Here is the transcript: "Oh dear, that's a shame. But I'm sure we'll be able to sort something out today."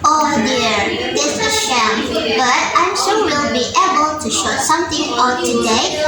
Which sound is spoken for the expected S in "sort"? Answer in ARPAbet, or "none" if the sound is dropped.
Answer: SH